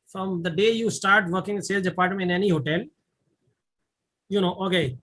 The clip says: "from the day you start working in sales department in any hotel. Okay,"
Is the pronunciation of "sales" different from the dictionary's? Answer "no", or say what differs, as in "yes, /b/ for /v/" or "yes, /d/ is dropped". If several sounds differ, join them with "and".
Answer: yes, /z/ is dropped